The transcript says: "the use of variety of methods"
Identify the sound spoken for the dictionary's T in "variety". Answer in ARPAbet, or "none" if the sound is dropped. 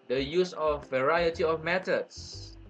T